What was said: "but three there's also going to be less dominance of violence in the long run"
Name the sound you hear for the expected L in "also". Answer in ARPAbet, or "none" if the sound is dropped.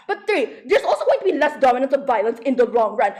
L